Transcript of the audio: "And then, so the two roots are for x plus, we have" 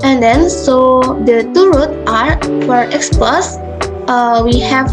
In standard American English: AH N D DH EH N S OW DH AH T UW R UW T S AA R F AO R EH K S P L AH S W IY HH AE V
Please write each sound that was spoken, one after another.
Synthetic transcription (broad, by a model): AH N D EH N S OW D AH T UW R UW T AA R F AO R EH K S P L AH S W IY HH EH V